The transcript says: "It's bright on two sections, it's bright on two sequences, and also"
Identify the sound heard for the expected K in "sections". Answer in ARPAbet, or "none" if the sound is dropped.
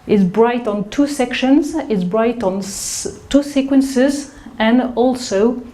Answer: K